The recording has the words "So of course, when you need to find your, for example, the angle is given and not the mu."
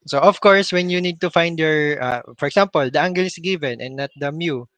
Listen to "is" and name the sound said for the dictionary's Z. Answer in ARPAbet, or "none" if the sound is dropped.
S